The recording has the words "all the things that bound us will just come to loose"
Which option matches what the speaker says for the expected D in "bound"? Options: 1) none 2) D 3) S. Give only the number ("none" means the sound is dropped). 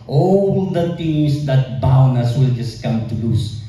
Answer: 1